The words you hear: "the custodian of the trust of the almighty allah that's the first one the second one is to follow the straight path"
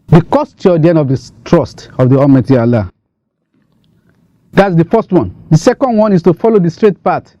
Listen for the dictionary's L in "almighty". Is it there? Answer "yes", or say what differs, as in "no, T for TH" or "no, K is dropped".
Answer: no, L is dropped